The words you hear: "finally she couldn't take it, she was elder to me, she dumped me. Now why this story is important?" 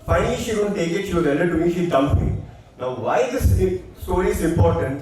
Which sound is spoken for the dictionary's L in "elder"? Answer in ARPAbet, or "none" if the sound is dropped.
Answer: none